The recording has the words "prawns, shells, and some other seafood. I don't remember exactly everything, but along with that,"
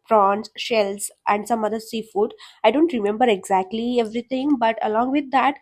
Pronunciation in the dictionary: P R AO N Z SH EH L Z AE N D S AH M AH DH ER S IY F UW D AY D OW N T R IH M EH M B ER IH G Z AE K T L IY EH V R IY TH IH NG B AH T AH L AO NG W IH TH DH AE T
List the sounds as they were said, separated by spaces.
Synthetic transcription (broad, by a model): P R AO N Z SH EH L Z AE N D S AH M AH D ER S IY F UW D AY D OW N T R IH M EH M B ER IH G Z AE K T L IY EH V R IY T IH NG B AH T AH L AO NG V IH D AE T